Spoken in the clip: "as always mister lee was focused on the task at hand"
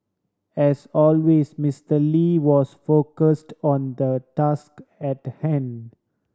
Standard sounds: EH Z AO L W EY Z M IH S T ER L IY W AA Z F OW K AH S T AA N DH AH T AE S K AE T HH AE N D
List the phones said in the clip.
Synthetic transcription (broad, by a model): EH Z AO L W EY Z M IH S T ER L IY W AA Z F OW K AH S T AA N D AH T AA S K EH T HH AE N D